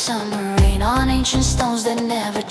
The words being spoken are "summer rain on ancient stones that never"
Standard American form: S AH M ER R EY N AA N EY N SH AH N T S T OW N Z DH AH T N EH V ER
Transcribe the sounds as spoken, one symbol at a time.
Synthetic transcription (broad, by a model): S AH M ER R EY N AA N EY N SH AH N T S T OW N Z DH AH T N EH V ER